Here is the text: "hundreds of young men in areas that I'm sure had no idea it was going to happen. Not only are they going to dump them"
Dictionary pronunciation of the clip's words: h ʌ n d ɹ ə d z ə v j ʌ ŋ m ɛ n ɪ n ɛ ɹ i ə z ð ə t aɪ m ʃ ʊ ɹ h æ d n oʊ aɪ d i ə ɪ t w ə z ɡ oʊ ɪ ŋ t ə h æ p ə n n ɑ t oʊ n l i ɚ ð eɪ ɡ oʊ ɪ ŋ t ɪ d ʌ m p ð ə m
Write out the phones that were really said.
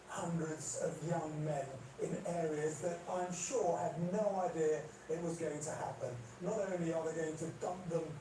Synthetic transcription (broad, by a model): h ʌ n d ɹ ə d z ə v j ʌ ŋ m ɛ n ɪ n ɛ ɹ i ə z ð ə t aɪ m ʃ ʊ ɹ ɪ d n oʊ aɪ d i ə ɪ t w ə z ɡ oʊ ɪ ŋ t ə h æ p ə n n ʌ t oʊ n l i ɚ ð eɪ ɡ oʊ ɪ ŋ t ɪ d ʌ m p ð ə m